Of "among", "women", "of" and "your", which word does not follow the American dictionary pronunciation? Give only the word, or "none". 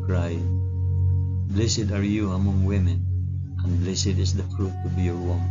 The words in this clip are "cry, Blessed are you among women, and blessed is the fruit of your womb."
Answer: of